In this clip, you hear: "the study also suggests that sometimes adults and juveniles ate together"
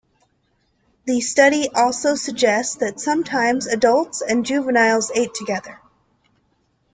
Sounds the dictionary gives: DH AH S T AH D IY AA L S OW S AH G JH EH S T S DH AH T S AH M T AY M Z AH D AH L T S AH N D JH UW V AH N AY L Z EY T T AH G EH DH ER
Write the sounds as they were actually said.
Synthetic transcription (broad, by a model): DH AH S T AH D IY AA L S OW S AH G JH EH S T S DH AH T S AH M T AY M Z AH D AH L T S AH N JH UW V AH N AY L Z EY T T AH G EH DH ER